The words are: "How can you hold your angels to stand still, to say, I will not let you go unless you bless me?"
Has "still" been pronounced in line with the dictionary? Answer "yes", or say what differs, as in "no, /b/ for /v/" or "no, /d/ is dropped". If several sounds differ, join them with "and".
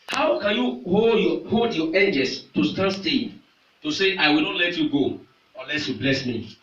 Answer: no, /n/ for /l/